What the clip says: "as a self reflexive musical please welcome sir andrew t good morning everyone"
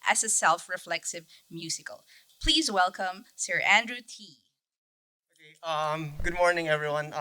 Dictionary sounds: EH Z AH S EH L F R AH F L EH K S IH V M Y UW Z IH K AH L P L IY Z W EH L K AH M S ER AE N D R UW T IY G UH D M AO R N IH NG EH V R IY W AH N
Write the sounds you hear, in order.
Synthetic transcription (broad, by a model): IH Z AH S EH L F R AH F L EH K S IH V M Y UW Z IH K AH L P L IY Z W EH L K AH M S ER AE N D R UW T IY G UH D M AO R N IH NG EH V R IY W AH N